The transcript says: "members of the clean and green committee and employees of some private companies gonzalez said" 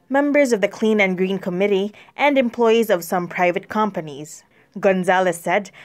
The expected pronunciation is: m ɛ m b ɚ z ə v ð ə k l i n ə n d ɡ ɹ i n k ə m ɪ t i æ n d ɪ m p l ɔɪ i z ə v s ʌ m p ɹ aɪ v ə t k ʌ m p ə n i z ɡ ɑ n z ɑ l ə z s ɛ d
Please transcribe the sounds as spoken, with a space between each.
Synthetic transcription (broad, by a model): m ɛ m b ɚ z ə v ð ə k l i n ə n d ɡ ɹ i n k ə m ɪ t i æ n d ɪ m p l ɔɪ i z ə v s ʌ m p ɹ aɪ v ə t k ʌ m p ə n i z ɡ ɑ n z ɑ l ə s ɛ d